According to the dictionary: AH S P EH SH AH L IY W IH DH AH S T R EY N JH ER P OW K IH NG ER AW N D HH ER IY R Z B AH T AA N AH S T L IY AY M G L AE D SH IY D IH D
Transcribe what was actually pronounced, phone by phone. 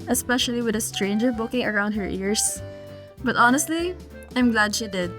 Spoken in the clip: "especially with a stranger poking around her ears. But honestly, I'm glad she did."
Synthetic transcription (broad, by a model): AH S P EH SH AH L IY W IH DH AH S T R EY N JH ER B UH K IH NG ER AW N D HH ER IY R S B AH T AA N AH S T L IY AY M G L AE D SH IY D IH D